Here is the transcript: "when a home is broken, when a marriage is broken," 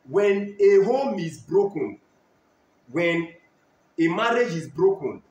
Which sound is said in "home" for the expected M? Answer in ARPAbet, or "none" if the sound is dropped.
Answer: M